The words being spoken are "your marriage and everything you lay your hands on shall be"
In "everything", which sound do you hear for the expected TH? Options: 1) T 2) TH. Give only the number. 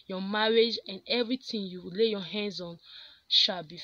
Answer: 1